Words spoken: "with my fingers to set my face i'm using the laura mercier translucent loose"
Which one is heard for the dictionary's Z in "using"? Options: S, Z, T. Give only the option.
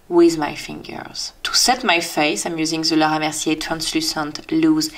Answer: Z